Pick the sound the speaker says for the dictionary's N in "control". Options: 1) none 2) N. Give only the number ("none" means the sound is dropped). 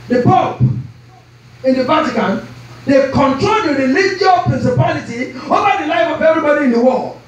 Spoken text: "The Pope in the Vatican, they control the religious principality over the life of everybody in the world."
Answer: 2